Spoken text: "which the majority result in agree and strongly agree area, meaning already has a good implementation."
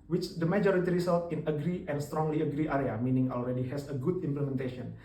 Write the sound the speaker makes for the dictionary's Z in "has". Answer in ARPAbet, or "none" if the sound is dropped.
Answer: S